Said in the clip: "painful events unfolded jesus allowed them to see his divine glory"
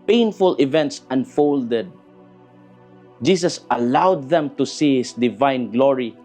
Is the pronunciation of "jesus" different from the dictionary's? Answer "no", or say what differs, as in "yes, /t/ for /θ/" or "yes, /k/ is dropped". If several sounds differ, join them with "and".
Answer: yes, /s/ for /z/